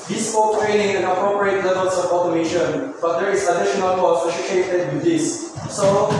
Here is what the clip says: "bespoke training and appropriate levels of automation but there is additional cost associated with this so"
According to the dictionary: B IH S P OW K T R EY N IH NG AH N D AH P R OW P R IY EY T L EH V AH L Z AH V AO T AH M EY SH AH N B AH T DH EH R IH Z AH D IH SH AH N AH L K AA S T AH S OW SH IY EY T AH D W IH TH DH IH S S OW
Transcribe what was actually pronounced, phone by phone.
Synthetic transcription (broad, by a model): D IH S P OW T R EY N IH NG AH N AH P R OW P R IY EY T L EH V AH L S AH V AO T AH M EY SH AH N B AH T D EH R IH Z AH D IH SH AH N AH L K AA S AH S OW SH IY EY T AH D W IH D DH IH S S OW